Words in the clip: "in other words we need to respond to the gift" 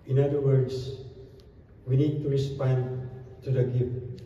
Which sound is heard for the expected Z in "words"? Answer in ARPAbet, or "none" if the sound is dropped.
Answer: S